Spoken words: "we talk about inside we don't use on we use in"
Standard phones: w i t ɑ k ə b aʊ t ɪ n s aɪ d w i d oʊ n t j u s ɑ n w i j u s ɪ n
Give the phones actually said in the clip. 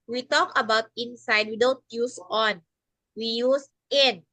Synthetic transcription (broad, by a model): w i t ɑ k ə b aʊ t ɪ n s aɪ d w i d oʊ l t j u s ɑ n w i j u s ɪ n